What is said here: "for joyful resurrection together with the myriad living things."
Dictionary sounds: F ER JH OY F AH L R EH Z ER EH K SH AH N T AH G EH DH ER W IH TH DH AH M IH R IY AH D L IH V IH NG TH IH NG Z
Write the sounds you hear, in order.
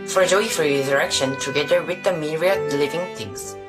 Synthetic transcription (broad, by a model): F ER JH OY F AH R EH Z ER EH K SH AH N T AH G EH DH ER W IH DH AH M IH R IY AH L IH V IH NG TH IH NG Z